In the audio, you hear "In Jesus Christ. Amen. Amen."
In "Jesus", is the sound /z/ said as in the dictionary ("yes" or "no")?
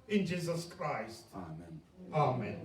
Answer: yes